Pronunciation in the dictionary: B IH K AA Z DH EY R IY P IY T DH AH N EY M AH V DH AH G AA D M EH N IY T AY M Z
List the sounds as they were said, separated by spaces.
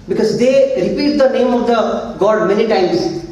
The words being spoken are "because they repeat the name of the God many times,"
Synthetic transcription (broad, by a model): B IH K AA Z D EY R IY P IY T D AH N EY M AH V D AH G AA D M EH L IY T AY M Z